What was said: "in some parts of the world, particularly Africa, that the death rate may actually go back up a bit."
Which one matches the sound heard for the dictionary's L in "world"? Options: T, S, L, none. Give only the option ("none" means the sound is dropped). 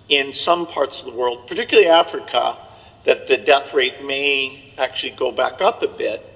L